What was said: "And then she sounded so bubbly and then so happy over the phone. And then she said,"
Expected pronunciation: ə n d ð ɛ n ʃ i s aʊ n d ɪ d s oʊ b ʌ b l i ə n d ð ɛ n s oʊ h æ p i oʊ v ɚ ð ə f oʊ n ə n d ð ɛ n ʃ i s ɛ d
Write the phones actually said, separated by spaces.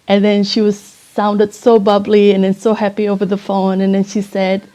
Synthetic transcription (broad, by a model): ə n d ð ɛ n ʃ i s aʊ n d ɪ d s oʊ b ʌ b l i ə n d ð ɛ n s oʊ h æ p i oʊ v ɚ ð ə f oʊ n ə n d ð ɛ n ʃ i s ɛ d